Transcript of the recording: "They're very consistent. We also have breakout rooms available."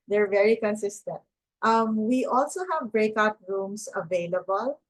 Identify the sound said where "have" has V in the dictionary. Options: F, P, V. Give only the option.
V